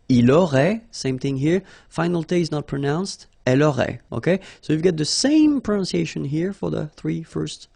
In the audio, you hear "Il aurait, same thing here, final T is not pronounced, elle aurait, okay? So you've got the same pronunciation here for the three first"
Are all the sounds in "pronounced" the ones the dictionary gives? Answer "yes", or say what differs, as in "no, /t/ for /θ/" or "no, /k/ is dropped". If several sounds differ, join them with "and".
yes